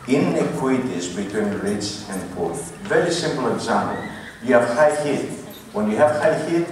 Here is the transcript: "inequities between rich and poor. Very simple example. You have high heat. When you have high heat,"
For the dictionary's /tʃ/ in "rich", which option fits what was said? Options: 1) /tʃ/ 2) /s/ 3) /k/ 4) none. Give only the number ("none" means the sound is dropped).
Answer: 2